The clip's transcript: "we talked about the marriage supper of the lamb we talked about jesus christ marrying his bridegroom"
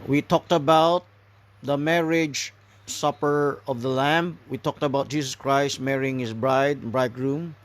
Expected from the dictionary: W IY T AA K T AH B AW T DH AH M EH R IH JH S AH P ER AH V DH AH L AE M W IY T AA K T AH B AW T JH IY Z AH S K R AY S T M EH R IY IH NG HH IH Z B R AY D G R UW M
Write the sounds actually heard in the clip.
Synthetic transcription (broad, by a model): W IY T AA K T AH B AW T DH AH M EH R IH JH S AH P ER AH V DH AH L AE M W IY T AA K T AH B AW T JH IY S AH S K R AY S T M EH R IY IH NG HH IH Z B R AY D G R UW M